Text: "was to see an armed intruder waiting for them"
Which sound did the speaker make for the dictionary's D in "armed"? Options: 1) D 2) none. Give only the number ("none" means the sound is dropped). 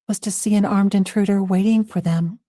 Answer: 1